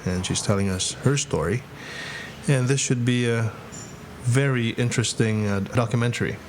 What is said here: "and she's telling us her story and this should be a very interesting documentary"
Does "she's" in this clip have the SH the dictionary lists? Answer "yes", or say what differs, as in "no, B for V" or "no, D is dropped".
yes